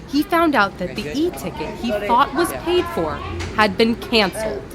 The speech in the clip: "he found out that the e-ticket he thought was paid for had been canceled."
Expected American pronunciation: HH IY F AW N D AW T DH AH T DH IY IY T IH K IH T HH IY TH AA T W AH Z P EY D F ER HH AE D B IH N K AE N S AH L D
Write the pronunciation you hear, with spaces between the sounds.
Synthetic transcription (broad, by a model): HH IY F AW N D AW T DH AH T DH IY IY T IH K IH T HH IY TH AA T W AH Z P EY D F ER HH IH D B IH N K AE N S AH L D